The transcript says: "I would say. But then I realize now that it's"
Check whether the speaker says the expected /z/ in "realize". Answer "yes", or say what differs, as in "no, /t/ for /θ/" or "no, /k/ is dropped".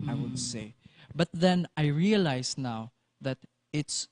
no, /s/ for /z/